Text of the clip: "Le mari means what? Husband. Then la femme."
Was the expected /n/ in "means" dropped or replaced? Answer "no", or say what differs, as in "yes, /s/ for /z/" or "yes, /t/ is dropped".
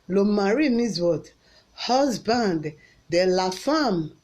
yes, /n/ is dropped